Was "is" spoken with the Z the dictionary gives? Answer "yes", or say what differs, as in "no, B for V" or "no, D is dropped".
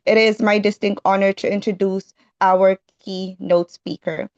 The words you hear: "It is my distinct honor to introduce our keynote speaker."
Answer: yes